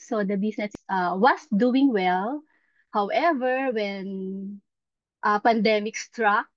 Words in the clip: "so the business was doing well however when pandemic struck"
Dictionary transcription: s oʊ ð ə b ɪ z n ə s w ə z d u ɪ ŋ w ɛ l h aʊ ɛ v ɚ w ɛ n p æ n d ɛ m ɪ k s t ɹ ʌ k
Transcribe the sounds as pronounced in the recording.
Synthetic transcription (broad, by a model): s oʊ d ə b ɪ s n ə s w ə s d u ɪ ŋ w ɛ l h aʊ ɛ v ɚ w ɛ n p æ n d ɛ m ɪ k s t ɹ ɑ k